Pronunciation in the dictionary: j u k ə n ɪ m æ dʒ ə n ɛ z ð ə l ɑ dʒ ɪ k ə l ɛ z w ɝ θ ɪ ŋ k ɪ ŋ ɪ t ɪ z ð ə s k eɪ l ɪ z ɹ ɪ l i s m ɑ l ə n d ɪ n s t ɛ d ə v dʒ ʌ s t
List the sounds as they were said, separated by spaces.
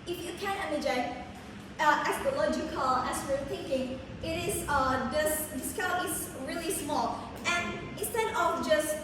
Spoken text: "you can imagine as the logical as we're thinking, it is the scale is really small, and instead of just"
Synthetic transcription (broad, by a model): j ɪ k ə n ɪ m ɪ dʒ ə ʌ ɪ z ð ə l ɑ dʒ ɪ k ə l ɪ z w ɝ θ ɪ ŋ k ɪ ŋ ɪ t ɪ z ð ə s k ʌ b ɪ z ɹ ɪ l i s m ɑ l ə n ɪ n s t ɛ d ə v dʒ ʌ s t